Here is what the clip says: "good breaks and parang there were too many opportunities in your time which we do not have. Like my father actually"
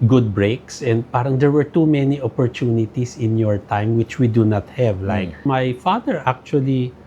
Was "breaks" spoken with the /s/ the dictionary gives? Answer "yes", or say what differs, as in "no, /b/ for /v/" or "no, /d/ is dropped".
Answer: yes